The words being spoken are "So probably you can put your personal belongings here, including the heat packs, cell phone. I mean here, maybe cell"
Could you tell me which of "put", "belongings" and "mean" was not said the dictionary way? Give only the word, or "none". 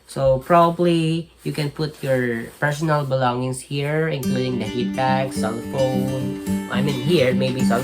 belongings